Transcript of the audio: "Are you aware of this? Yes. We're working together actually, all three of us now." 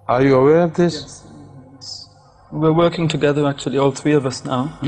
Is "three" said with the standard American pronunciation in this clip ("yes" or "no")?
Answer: yes